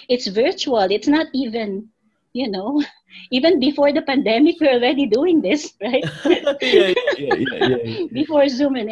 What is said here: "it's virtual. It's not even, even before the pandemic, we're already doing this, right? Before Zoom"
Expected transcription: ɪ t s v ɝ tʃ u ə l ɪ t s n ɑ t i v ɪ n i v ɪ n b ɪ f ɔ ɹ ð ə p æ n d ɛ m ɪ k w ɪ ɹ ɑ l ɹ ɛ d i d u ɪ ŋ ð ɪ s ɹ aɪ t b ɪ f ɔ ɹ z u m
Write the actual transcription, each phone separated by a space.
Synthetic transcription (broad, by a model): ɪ t s v ɝ tʃ u ə l ɪ t s n ɑ t i v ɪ n i v ɪ n b ɪ f ɔ ɹ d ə p æ n d ɛ m ɪ k w ɪ ɹ ɑ l ɹ ɛ d i d u ɪ ŋ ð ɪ s ɹ aɪ t b ɪ f ɔ ɹ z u m